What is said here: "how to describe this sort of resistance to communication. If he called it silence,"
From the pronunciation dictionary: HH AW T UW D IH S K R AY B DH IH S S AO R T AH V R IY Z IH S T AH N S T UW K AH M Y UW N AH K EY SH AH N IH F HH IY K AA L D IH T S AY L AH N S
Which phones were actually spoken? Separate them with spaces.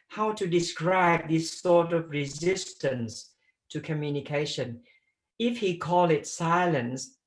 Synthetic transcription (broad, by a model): HH AW T UW D IH S K R AY B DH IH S S AO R T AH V R IY Z IH S T AH N S T UW K AH M Y UW N AH K EY SH AH N IH F HH IY K AA L IH T S AY L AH N S